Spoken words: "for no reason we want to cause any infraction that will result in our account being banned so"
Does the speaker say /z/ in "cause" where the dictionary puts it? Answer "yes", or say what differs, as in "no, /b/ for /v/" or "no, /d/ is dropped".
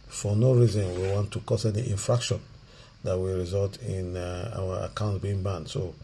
no, /s/ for /z/